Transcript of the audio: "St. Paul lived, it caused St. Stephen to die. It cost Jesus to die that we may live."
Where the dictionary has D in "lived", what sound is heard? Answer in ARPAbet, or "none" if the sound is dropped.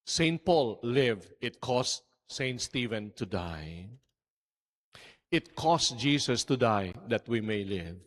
none